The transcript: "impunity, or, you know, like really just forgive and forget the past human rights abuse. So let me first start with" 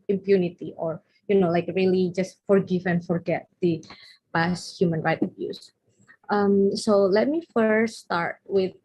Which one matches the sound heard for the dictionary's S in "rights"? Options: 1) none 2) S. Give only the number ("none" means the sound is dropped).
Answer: 1